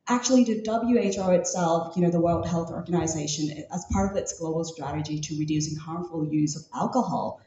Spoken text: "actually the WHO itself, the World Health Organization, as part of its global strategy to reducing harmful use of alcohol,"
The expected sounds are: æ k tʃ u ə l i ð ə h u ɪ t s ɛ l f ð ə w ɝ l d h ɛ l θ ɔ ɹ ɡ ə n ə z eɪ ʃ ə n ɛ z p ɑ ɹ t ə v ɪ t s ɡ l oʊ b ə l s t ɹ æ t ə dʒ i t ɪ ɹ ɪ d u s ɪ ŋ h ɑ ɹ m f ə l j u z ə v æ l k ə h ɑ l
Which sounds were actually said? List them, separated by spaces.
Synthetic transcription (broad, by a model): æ k tʃ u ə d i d ə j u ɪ t s ɛ l f ð ə w ɝ l d h ɛ l θ ɔ ɹ ɡ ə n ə z eɪ ʃ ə n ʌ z p ɑ ɹ t ə v ɪ t s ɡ l oʊ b l s t ɹ æ t ə dʒ i t ɪ ɹ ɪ d u s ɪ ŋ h ɑ ɹ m f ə l j u z ə v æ l k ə h ɑ l